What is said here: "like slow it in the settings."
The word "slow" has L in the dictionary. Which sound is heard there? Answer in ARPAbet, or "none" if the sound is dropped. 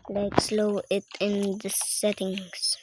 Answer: L